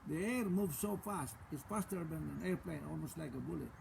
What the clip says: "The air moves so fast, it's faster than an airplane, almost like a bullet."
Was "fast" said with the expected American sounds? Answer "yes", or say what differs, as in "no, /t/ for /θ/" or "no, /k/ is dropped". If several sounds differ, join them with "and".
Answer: yes